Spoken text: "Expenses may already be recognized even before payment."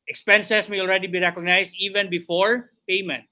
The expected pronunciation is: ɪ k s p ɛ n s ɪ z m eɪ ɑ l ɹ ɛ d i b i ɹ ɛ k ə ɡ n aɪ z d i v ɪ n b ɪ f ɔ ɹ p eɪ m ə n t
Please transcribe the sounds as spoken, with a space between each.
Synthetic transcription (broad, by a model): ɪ k s p ɛ n s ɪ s m eɪ ɑ l ɹ ɛ d i b i ɹ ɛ k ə ɡ n aɪ s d i v ɪ n b ɪ f ɔ ɹ p eɪ m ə n t